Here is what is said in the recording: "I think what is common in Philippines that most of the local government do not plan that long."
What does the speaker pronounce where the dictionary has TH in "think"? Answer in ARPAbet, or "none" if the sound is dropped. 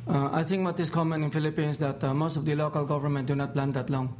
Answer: T